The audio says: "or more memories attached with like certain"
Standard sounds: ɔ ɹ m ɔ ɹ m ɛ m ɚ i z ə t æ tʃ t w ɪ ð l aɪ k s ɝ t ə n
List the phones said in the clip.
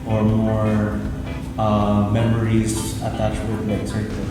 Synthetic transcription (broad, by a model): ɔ ɹ m ɔ ɹ m ɛ m ɚ i z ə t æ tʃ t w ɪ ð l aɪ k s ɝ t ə